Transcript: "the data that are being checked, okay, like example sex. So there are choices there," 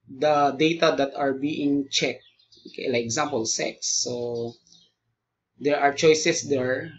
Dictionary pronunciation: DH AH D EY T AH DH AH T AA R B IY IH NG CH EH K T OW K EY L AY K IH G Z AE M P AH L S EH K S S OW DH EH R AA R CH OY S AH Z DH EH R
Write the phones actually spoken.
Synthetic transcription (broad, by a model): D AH D EY T AH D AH T AA R B IY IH NG CH EH K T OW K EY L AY IH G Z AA M P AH L S EH K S S OW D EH R AA R CH OY S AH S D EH R